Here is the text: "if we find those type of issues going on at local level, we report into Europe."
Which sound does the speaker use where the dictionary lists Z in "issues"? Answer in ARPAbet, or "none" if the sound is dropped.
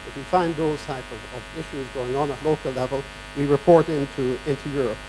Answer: Z